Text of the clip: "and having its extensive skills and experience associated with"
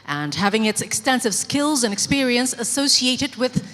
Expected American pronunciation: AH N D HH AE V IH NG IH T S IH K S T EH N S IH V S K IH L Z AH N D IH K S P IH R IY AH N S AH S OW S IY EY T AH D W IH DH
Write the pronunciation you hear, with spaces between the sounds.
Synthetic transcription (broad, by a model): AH N HH AE V IH NG IH T S IH K S T EH N S IH V S K IH L Z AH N IH K S P IH R IY AH N S AH S OW S IY EY T AH D W IH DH